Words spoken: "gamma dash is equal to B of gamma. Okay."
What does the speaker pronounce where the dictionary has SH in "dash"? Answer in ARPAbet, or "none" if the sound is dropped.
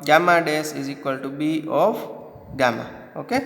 S